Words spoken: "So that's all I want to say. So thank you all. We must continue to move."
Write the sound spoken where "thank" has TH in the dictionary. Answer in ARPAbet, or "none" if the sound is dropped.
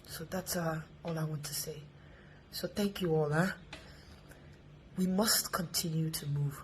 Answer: TH